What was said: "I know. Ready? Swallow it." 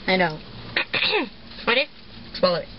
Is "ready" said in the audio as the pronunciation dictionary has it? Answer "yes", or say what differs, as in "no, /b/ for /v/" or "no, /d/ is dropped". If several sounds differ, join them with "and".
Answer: no, /w/ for /ɹ/